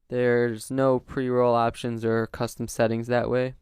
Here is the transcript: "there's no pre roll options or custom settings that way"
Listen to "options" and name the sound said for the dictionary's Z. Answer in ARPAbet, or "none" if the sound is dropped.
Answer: Z